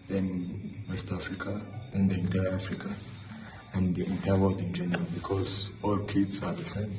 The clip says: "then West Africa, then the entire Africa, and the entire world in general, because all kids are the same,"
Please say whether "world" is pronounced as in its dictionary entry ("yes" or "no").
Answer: no